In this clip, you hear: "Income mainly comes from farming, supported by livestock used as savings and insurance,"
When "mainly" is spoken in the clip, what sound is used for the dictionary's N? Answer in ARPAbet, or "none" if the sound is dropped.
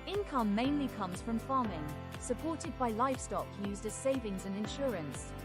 N